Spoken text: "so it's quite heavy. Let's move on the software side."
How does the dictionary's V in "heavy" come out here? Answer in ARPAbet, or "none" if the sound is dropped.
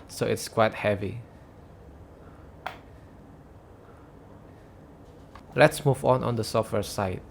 V